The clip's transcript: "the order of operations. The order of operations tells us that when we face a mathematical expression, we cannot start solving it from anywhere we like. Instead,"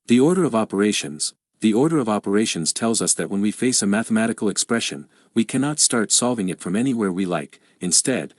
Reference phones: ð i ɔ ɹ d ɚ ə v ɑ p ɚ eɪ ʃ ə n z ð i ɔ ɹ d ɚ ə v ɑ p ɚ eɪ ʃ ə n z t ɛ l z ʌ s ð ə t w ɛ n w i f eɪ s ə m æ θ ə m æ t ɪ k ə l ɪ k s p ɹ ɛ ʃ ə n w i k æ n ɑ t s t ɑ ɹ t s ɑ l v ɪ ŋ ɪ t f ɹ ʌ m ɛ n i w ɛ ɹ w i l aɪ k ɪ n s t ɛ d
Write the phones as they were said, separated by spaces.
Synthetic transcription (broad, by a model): ð i ɔ ɹ d ɚ ə v ɑ p ɚ eɪ ʃ ə n z ð i ɔ ɹ d ɚ ə v ɑ p ɚ eɪ ʃ ə n z t ɛ l z ʌ s ð ə t w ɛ n w i f eɪ s ə m æ θ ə m æ t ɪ k l ɪ k s p ɹ ɛ ʃ ə n w i k æ n ɑ t s t ɑ ɹ t s ɑ l v ɪ ŋ ɪ t f ɹ ʌ m ɛ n i w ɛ ɹ w i l aɪ k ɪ n s t ɛ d